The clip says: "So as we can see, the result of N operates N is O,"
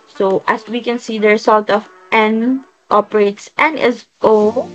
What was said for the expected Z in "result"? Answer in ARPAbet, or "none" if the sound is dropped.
S